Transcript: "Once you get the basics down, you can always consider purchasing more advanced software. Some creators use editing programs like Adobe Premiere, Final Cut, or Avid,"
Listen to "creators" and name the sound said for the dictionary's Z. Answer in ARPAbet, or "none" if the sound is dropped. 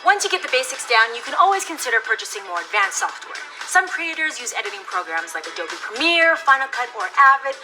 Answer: Z